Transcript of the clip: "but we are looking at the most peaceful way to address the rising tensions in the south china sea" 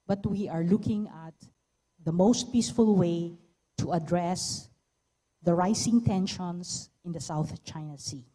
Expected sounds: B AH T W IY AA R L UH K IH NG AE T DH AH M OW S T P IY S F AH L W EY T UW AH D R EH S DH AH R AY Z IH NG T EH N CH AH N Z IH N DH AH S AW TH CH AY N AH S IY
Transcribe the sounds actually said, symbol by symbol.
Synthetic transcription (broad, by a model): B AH T W IY AA R L UH K IH NG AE T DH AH M OW S T P IY S F AH L W EY T UW AH D R EH S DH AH R AY S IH NG T EH N SH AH N S IH N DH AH S AW TH CH AY N AH S IY